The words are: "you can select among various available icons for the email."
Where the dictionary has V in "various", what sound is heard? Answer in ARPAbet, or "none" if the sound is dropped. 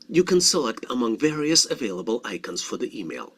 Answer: V